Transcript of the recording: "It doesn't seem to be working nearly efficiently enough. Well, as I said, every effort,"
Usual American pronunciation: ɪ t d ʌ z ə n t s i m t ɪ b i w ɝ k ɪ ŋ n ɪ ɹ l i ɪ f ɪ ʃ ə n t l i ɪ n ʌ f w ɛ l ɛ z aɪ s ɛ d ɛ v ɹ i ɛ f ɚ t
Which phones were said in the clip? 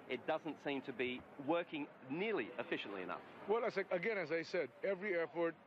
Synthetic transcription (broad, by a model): ɪ t d ʌ z ə n t s i m t ɪ b i w ɝ k ɪ ŋ n ɪ ɹ l i ɪ f ɪ ʃ ə n t l i ɪ n ʌ f w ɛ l ɛ z aɪ s ɛ d ɛ v ɹ i ɛ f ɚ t